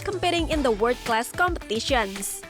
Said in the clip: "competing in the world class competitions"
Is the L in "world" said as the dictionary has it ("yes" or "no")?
no